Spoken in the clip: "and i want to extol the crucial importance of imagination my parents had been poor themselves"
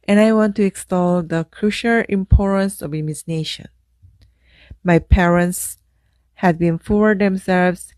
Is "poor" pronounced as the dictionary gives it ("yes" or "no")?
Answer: no